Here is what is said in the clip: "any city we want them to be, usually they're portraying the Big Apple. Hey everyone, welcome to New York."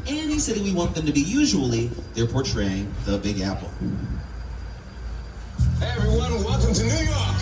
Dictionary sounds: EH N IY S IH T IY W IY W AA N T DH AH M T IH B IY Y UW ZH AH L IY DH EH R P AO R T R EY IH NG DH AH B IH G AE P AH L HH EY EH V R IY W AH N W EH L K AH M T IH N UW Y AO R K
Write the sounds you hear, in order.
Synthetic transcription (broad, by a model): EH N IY S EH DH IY W IY W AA N DH AH M T IH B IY Y UW ZH AH L IY DH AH R P AO R T R EY IH NG DH AH B IH G AE P L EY EH V R IY W AH N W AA K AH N T IH N UW Y AO R K